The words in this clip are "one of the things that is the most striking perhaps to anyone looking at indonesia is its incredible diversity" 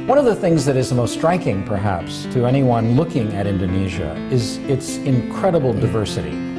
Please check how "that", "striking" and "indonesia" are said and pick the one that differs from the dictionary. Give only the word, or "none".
none